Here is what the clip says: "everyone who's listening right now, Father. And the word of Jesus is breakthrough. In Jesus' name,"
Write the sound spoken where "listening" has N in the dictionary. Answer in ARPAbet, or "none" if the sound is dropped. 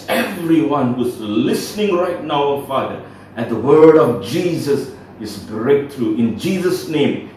N